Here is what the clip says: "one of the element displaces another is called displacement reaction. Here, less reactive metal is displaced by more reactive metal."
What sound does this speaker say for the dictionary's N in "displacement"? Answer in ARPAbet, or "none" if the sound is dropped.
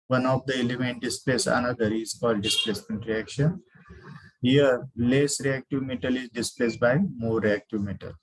N